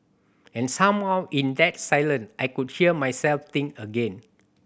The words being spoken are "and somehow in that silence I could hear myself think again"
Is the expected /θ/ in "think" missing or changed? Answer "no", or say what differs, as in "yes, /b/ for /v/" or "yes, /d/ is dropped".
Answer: yes, /t/ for /θ/